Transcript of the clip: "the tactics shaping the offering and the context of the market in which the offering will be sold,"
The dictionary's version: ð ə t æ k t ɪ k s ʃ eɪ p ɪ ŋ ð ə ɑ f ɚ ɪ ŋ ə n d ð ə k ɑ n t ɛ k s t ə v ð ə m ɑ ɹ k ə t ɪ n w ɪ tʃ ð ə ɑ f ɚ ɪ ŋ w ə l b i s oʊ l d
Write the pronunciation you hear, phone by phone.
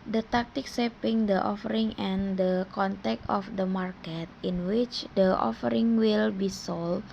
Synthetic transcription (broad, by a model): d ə t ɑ k t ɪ k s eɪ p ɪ ŋ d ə ɑ f ɚ ɪ ŋ ə n d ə k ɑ n t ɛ k t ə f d ə m ɑ ɹ k ə t ɪ n w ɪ tʃ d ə ɑ f ɚ ɪ ŋ w ə l b i s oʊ l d